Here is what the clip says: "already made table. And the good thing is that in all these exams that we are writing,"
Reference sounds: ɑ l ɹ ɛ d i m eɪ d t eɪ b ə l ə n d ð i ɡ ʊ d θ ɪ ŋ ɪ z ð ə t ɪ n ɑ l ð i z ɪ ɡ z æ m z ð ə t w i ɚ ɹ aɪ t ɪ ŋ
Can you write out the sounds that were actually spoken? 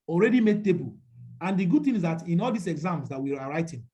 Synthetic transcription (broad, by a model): ɑ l ɹ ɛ d i m eɪ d t eɪ b ə l ə n d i ɡ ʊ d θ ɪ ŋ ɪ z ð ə t ɪ n ɑ l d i s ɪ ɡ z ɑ m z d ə t w i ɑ ɹ aɪ t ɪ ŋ